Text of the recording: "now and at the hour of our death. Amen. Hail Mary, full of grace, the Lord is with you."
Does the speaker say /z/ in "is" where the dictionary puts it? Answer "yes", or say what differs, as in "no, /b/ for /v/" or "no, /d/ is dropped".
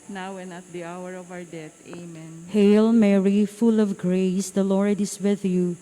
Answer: no, /s/ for /z/